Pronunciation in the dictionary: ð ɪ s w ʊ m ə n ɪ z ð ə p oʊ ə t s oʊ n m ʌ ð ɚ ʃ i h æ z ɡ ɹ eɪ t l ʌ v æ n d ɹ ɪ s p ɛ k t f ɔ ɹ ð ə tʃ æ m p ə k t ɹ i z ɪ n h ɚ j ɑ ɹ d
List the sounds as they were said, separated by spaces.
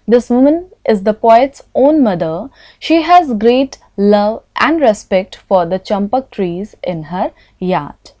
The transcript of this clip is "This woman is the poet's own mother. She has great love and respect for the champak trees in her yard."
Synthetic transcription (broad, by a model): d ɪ s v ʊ m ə n ɪ z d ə p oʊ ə t s oʊ n m ʌ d ɚ ʃ i h æ z ɡ ɹ eɪ t l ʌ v æ n d ɹ ɪ s p ɛ k t f ɔ ɹ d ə tʃ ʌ m p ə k t ɹ i z ɪ n h ɚ j ɑ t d